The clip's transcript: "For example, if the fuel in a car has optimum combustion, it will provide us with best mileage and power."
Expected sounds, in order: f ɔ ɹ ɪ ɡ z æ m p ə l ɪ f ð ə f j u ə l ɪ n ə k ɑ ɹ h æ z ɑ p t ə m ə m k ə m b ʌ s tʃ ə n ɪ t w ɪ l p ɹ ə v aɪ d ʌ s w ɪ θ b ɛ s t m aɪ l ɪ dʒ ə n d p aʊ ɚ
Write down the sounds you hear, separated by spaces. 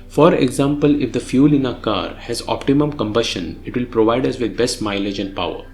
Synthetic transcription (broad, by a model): f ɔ ɹ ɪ ɡ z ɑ m p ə l ɪ f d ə f j u l ɪ n ə k ɑ ɹ h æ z ɑ p t ə m ə m k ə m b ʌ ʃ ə n ɪ t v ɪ l p ɹ ə v aɪ d ʌ s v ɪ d b ɛ s t m aɪ l ɪ dʒ ə n d p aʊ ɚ